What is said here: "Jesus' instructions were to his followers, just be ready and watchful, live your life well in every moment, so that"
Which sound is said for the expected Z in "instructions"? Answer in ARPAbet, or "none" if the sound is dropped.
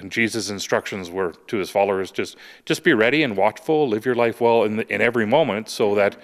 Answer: Z